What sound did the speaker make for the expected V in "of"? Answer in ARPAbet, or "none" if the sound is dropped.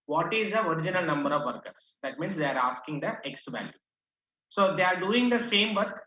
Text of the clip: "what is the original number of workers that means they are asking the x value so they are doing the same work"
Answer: V